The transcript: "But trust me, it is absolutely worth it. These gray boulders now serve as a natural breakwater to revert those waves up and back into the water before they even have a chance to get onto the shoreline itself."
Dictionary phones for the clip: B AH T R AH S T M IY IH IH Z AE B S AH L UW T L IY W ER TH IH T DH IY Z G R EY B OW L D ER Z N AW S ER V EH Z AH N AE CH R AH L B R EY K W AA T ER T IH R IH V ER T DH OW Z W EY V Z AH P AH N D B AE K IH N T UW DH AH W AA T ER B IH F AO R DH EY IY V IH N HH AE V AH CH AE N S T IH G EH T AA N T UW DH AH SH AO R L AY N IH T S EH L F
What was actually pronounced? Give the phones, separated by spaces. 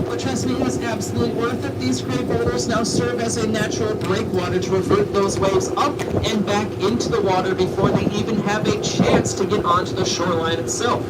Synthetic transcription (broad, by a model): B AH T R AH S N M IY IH IH Z AE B S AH L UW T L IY W ER TH IH T DH IY Z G R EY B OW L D ER Z N AW S ER V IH Z AH N AE CH R L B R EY K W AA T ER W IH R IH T DH OW Z W EY V Z AH P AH N B AE K IH N T UW DH AH W AA T ER B IH F AO R DH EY IY V IH N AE V AH CH AE N S T IH G EH T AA N T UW DH AH SH AO R L AY N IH T S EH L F